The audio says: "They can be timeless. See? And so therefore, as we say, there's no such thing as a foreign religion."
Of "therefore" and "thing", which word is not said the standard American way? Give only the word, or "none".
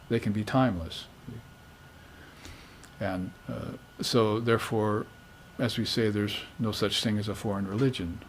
none